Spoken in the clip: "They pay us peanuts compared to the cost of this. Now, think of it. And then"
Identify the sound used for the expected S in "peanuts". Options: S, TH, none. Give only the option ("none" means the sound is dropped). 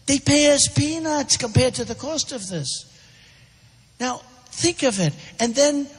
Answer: S